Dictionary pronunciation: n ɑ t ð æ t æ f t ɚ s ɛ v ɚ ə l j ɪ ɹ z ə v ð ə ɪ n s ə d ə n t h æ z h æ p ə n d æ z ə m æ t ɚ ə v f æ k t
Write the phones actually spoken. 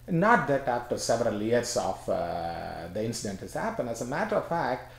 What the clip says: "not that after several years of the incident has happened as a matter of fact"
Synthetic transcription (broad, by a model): n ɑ t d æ t æ f t ɚ s ɛ v ɚ ə l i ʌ ɹ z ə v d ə ɪ n s ə d ə n t h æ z h æ p ə n d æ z ə m æ t ɚ ə v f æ k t